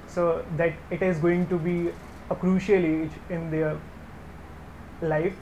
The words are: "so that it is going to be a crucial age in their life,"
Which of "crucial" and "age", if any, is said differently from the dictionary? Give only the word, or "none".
none